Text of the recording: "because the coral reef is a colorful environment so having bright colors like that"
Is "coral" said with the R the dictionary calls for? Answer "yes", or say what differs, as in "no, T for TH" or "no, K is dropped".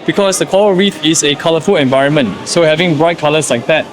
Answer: no, L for R